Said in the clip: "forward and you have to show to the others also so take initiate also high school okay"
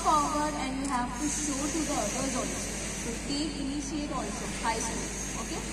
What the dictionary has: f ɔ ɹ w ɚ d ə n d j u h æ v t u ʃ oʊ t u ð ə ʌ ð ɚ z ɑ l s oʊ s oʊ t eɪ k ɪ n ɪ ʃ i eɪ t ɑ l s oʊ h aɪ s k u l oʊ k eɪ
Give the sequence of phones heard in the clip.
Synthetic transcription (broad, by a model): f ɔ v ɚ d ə n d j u h æ v t u ʃ oʊ t u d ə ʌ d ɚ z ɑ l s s oʊ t eɪ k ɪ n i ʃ i eɪ t ɑ l s oʊ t aɪ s u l oʊ k eɪ